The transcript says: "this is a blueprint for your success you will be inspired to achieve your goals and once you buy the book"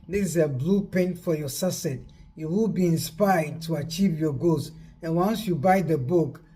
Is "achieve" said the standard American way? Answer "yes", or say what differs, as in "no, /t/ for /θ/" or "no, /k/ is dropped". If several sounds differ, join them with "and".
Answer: yes